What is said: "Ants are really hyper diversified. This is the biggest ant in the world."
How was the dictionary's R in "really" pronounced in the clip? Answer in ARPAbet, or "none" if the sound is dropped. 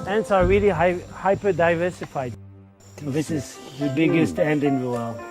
L